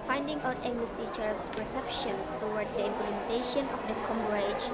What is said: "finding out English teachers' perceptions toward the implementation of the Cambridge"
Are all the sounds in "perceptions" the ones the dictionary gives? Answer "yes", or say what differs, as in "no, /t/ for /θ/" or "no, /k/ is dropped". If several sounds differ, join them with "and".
no, /s/ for /z/